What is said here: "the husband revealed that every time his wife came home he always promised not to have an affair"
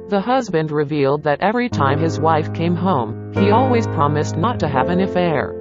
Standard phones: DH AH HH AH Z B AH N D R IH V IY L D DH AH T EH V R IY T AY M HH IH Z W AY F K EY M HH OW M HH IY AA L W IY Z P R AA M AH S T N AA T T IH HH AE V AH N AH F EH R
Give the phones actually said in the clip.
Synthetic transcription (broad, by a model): DH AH HH AH Z B AH N D R IH V IY L D DH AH T EH V R IY T AY M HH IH Z W AY F K EY M HH OW M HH IY AA L W IY Z P R AA M AH S T N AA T T IH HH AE V AH N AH F EH R